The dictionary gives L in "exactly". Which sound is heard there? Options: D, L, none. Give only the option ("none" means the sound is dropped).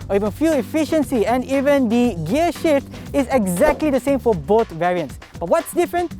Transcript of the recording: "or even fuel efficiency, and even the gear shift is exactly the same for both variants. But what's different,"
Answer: L